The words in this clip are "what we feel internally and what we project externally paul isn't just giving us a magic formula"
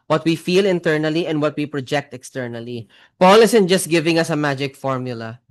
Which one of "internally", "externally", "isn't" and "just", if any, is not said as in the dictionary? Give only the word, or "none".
isn't